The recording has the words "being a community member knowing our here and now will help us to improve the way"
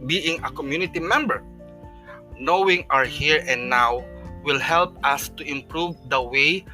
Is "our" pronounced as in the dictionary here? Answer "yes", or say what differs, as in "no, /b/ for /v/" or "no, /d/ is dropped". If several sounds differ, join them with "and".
yes